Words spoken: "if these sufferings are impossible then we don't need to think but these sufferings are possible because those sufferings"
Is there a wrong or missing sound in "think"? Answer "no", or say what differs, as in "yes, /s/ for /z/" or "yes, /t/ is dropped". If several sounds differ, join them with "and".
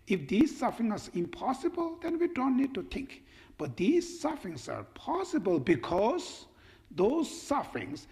yes, /t/ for /θ/